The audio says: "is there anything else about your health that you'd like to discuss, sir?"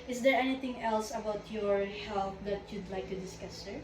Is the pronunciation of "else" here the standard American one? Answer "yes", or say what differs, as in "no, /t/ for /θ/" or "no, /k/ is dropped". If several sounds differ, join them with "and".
yes